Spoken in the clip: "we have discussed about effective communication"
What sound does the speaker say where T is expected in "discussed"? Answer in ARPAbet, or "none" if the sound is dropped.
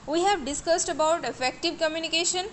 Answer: T